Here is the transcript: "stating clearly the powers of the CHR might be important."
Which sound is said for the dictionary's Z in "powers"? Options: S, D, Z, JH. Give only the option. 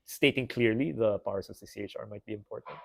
S